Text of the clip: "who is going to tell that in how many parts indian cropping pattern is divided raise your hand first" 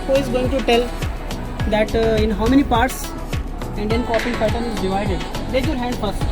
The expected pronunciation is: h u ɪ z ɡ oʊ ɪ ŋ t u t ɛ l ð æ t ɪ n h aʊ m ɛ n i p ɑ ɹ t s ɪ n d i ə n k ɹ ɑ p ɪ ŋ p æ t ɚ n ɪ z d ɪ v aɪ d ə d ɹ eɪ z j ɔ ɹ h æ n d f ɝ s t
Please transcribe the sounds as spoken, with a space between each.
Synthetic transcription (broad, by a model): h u ɪ z ɡ oʊ ɪ ŋ t u t ɛ l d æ t ɪ n h aʊ m ɛ n i p ɑ ɹ t s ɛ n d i n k ɑ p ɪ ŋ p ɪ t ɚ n ɪ z d ɪ v aɪ d ə d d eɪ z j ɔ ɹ h æ n d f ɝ s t